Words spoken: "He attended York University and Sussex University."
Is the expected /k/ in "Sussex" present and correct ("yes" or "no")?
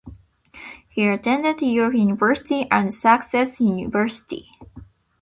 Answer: no